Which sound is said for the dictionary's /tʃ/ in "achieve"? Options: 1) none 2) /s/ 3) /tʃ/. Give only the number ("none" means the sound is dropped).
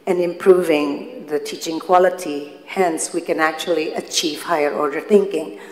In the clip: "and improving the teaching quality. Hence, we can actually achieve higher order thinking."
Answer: 3